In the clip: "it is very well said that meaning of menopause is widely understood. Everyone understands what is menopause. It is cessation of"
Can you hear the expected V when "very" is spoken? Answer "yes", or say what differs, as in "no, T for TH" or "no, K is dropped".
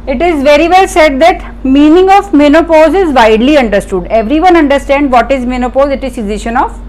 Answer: yes